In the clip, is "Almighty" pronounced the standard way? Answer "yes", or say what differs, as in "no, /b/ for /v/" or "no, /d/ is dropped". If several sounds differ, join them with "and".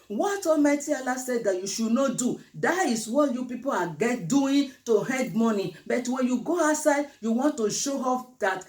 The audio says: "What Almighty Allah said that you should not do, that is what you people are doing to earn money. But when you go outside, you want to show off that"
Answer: no, /l/ is dropped